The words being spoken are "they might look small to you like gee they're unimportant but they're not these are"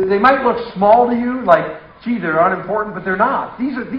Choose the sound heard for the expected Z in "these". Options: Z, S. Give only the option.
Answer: Z